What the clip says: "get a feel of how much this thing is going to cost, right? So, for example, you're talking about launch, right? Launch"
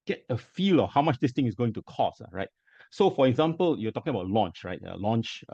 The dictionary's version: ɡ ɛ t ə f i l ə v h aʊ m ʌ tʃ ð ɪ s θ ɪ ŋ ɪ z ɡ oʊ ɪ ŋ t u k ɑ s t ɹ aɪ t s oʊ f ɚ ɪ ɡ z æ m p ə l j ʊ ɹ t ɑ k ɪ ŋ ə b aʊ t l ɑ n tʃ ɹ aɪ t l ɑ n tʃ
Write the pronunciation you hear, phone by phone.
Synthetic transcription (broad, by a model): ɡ ɛ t ə f i l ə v h aʊ m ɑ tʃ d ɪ s t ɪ ŋ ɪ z ɡ oʊ ɪ ŋ t u k ɑ s ɹ aɪ t s oʊ f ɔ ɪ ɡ z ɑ m p ə l j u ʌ t ɑ k ɪ ŋ ə b aʊ t l ɑ n tʃ ɹ aɪ t l ɑ n tʃ